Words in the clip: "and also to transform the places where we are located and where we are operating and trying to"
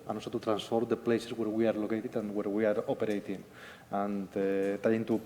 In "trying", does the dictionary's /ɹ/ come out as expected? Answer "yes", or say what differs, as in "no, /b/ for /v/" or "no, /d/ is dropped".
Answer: no, /ɹ/ is dropped